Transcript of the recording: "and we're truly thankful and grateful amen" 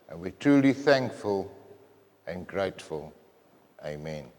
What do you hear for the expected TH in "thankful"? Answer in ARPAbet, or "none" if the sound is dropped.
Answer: TH